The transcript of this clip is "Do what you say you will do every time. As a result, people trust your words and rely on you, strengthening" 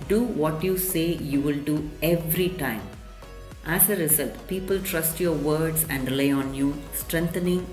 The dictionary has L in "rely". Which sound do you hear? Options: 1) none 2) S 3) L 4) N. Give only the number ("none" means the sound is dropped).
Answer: 1